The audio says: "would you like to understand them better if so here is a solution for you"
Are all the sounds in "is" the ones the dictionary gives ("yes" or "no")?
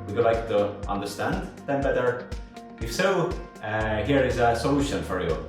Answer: yes